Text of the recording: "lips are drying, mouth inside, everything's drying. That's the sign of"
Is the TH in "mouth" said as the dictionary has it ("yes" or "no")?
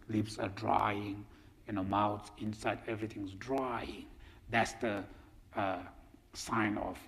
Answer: no